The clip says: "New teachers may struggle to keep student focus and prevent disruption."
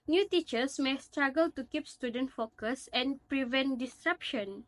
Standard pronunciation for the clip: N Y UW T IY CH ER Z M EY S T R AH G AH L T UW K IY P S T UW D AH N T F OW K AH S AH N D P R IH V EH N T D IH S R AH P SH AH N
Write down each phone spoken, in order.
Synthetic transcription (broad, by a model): N Y UW T IY CH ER S M EY S T R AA G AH L T UW K IY P S T UW D AH N T F OW K AH S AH N P R IH V EH N T D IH S R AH P SH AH N